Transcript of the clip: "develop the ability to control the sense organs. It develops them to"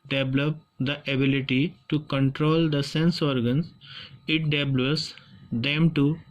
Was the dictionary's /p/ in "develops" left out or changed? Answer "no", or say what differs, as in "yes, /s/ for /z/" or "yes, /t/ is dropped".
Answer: yes, /p/ is dropped